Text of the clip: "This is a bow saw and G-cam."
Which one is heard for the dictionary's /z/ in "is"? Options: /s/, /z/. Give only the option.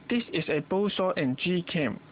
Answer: /s/